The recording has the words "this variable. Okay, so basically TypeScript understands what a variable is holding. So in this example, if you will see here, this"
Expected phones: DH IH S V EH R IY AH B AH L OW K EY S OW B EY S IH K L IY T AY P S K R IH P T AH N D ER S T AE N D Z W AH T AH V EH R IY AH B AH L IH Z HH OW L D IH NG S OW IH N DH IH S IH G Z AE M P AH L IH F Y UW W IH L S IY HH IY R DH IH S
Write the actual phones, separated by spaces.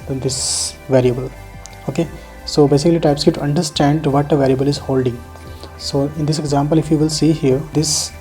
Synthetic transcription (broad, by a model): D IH S V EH R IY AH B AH L OW K EY S OW B EY S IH K L IY T AY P S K IH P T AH N D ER S T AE N D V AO T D V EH R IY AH B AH L IH Z HH OW L D IH NG S OW IH N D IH S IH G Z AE M P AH L IH F Y UW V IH L S IY HH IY R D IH S